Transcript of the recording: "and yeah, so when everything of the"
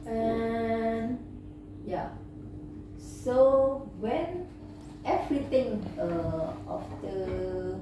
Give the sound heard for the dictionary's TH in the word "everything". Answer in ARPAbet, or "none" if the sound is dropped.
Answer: T